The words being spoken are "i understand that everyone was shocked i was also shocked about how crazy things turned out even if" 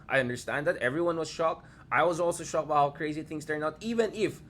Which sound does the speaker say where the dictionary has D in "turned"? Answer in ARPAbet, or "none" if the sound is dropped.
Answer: none